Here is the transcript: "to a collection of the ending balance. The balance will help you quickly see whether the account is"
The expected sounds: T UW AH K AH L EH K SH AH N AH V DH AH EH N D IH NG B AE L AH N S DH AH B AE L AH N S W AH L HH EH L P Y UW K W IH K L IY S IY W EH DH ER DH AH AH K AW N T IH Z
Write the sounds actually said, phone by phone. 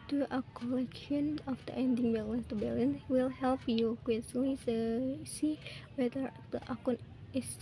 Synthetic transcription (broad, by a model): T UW AH K AH L EH K SH AH N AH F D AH EH N D IH NG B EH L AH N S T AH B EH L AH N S W AH L HH EH L P Y UW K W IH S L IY S IY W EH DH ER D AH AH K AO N IH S